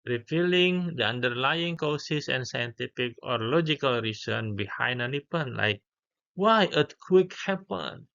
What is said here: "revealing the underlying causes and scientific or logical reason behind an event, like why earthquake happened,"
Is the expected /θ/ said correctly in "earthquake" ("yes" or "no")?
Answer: no